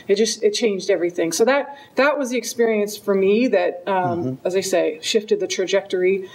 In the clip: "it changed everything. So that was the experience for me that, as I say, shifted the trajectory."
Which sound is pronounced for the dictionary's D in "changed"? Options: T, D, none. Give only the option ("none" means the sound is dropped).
D